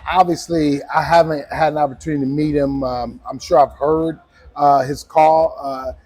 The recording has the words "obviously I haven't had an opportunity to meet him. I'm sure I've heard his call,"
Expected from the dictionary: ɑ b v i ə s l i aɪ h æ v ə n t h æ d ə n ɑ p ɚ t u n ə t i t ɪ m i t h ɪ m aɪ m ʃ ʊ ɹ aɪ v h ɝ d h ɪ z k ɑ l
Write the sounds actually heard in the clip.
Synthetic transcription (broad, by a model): ɑ b v i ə s l i aɪ h æ v ə n t h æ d ə n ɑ p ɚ t u n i t ɪ m i t h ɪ m aɪ m ʃ ʊ ɹ aɪ v h ɝ d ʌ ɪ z k ɑ l